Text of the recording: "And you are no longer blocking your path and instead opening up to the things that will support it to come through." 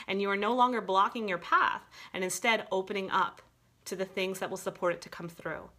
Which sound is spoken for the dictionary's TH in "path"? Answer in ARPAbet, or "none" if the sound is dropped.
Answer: TH